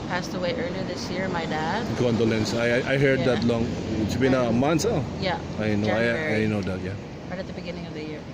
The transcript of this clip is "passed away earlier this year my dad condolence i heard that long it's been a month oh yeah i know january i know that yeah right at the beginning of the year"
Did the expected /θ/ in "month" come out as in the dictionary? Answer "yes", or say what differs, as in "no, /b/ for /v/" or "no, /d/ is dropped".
no, /s/ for /θ/